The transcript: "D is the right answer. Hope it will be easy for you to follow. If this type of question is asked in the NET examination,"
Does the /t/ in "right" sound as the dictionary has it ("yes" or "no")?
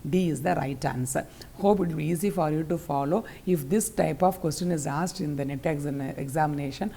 yes